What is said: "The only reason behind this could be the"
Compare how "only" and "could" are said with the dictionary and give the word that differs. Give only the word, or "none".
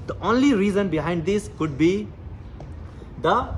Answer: none